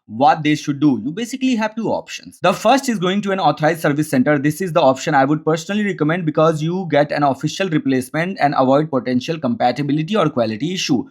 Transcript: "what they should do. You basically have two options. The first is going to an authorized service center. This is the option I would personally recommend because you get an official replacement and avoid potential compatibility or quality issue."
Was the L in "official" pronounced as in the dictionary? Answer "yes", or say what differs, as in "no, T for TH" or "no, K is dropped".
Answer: yes